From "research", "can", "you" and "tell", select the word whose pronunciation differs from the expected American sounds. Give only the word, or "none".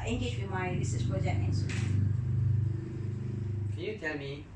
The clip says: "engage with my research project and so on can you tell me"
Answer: research